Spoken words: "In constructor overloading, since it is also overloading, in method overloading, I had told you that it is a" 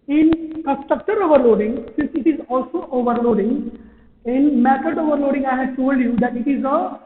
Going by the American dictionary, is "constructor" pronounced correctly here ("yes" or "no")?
no